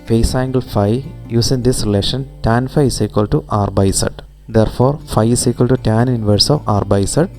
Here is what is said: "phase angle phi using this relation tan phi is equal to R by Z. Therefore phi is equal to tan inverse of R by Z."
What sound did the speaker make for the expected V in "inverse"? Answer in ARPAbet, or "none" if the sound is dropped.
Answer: V